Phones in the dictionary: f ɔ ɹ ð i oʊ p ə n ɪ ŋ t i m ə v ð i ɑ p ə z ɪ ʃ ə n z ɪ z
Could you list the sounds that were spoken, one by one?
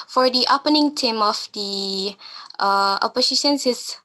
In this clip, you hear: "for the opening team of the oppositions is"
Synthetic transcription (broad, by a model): f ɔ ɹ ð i oʊ p ə n ɪ ŋ t i m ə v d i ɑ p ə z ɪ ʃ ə n s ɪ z